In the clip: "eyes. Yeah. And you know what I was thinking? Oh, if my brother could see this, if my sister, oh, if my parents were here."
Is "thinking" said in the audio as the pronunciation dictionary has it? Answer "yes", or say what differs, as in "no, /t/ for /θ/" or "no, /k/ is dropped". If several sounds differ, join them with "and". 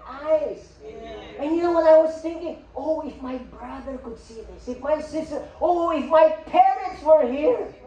yes